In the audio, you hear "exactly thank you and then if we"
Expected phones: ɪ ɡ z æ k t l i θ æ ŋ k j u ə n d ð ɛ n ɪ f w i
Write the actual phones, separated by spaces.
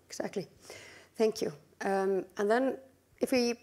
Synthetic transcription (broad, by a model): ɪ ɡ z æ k t l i θ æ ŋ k j u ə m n ð ɛ n ɪ f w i